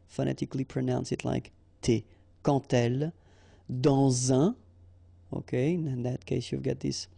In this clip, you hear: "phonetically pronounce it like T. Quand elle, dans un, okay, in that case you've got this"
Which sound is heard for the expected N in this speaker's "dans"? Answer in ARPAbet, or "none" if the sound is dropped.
none